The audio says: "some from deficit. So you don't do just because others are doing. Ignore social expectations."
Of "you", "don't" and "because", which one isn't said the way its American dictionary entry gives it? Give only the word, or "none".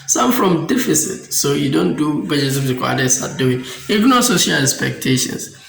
because